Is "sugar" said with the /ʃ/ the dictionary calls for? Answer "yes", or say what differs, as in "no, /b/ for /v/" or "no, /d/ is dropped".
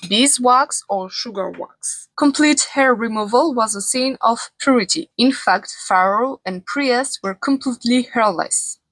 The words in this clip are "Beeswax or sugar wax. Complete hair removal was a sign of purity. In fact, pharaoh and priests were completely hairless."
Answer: yes